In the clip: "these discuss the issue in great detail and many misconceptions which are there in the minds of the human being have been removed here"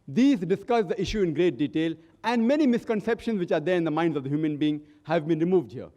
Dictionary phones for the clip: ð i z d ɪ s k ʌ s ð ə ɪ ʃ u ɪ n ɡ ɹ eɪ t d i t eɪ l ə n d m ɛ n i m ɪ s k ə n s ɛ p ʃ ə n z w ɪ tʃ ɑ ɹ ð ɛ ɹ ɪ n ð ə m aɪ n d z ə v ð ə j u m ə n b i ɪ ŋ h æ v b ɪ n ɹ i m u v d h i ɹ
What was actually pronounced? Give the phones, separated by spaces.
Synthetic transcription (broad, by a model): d i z d ɪ s k ʌ s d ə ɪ ʃ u ɪ n ɡ ɹ eɪ t d i t eɪ l ə n d m ɛ n i m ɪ s k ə n s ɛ p ʃ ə n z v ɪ tʃ ɑ ɹ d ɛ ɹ ɪ n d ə m aɪ n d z ə v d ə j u m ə n b i ɪ ŋ h æ v b ɪ n ɹ i m u v d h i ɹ